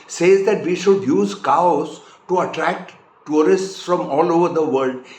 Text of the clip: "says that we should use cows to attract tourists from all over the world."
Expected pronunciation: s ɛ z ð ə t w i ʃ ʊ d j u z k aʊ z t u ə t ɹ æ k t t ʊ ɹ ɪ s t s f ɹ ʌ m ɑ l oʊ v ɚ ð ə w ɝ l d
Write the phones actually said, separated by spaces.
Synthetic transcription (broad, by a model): s ɛ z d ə t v i ʃ ʊ d j u z k aʊ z t u ə t ɹ æ k t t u ɹ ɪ s t s f ɹ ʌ m ɑ l oʊ v ɚ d ə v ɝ l d